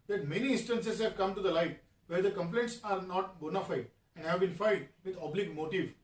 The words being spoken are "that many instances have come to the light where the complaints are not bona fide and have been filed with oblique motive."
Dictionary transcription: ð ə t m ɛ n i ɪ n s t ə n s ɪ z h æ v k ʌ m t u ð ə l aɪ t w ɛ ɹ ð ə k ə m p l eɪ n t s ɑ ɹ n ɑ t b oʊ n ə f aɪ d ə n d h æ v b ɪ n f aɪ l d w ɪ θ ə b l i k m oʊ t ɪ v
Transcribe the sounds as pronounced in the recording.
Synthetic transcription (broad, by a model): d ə t m ɛ n i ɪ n s t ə n s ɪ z h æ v k ʌ m t u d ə l aɪ t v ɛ ɹ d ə k ə m p l eɪ n t s ɑ ɹ n ɑ t b oʊ n ə f aɪ d ə n d h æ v b ɪ n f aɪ d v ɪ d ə b l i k m oʊ t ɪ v